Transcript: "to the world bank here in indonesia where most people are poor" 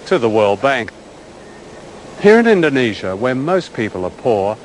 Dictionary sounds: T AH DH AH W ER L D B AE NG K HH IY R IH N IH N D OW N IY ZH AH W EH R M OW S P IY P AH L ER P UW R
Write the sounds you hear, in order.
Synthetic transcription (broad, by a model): T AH DH AH W ER L D B AE NG K HH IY R IH N IH N D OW N IY ZH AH W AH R M OW S P IY P AH L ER P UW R